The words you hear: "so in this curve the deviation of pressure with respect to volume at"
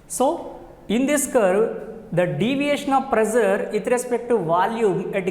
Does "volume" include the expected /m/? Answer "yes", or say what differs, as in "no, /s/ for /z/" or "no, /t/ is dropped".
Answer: no, /m/ is dropped